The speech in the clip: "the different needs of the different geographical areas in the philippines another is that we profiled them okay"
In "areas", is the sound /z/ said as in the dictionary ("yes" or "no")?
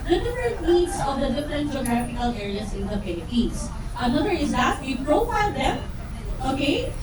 no